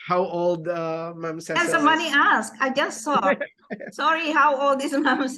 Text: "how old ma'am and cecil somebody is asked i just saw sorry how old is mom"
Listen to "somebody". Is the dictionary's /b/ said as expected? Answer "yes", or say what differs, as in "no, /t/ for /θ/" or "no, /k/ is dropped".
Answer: no, /b/ is dropped